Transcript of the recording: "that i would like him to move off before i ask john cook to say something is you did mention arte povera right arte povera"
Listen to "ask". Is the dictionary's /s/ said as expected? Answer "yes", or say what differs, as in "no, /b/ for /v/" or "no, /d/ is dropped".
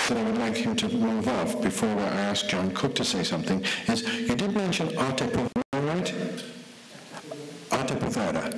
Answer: yes